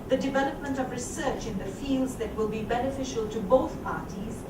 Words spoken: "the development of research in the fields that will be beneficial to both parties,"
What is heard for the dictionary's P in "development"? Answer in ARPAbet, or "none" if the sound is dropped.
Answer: P